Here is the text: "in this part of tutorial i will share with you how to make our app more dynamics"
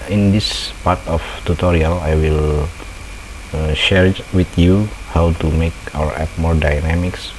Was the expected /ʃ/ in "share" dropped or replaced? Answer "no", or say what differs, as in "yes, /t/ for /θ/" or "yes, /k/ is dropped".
no